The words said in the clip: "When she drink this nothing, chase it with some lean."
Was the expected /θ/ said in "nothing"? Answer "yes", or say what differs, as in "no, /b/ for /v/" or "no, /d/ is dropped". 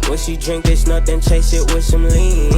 no, /t/ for /θ/